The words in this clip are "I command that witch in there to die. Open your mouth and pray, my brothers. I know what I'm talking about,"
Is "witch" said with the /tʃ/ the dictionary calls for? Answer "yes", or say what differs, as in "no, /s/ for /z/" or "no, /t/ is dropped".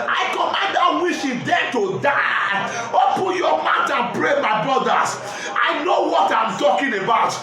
no, /ʃ/ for /tʃ/